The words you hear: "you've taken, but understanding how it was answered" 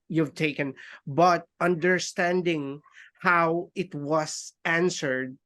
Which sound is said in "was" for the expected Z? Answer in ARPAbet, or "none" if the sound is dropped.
S